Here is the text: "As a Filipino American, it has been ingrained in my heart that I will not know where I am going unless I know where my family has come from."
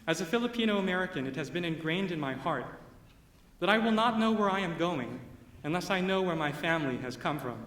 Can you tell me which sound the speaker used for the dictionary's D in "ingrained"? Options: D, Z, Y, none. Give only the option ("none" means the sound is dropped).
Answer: D